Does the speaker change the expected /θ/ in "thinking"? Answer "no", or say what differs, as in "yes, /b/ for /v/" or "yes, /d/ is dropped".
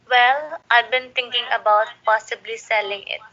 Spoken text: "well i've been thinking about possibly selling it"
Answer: yes, /t/ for /θ/